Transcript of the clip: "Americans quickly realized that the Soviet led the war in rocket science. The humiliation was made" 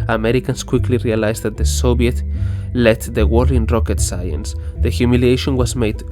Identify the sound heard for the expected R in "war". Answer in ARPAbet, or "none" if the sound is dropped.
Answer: L